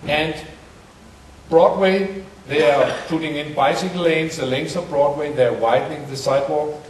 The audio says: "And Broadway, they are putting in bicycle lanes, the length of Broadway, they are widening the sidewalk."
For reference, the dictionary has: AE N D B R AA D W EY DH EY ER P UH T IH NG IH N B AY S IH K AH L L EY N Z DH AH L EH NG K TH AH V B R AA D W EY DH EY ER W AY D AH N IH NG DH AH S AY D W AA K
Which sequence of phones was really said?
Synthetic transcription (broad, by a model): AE N D B R AA D W EY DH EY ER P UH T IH NG IH N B AY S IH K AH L L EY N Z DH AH L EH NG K S AH V B R AA D W EY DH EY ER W AY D N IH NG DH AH S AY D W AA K